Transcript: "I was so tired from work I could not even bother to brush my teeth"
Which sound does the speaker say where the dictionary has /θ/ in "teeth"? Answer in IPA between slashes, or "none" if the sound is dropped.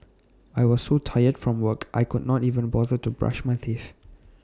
/f/